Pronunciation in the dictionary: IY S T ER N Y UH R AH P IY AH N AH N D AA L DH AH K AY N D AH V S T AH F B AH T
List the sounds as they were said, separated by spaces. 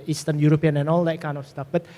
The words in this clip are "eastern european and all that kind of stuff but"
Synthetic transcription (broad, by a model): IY S T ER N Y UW R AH P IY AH N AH N AA L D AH K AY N AH F S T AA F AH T